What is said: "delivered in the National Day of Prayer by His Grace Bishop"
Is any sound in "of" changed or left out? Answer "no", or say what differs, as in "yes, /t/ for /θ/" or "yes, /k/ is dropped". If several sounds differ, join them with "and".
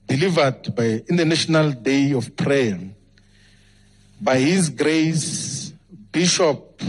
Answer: yes, /f/ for /v/